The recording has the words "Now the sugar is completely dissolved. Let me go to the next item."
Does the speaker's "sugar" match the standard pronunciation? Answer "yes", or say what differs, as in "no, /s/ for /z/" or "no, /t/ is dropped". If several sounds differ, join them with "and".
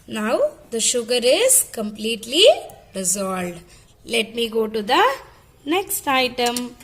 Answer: yes